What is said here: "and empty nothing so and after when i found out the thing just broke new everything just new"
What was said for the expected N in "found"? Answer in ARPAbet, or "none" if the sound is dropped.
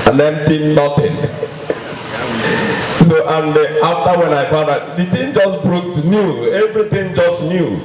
none